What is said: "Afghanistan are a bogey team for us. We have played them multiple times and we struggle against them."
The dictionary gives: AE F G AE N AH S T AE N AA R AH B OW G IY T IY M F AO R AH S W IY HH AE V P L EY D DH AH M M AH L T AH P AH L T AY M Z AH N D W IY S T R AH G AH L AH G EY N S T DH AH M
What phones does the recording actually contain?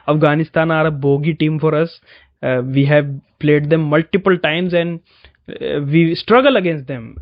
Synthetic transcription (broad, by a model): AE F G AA N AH S T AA N AA R AH B OW G IY T IY M F AO R AH S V IY HH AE V P L EY D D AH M M AH L T AH P AH L T AY M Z AH N D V IY S T R AH G AH L AH G EY N S T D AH M